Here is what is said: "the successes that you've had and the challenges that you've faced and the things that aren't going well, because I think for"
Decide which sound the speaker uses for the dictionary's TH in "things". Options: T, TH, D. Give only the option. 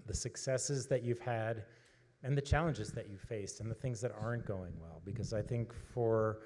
TH